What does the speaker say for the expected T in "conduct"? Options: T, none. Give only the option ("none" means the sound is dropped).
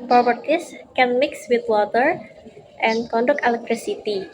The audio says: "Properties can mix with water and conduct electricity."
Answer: none